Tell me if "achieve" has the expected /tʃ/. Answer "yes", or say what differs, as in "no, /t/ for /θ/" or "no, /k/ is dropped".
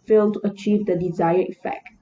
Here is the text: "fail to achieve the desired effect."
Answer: yes